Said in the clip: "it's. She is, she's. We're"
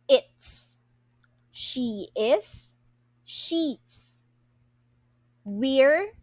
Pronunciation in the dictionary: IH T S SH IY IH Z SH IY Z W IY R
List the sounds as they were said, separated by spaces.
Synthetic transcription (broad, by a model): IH T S SH IY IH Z SH IY S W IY R